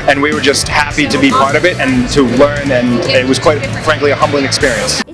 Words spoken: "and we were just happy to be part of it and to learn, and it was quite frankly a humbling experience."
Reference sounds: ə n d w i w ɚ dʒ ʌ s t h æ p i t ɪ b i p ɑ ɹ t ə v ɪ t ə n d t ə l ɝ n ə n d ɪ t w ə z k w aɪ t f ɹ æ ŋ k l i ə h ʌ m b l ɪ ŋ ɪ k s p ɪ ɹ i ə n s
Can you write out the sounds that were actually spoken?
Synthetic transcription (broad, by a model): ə n w i w ɚ dʒ ʌ s t h æ p i t ɪ b i p ɑ ɹ t ə v ɪ t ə n t ə l ɝ n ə n ɪ t w ə z k w aɪ t f ɹ æ ŋ k l i ə h ʌ m b l ɪ ŋ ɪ k s p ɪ ɹ i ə n s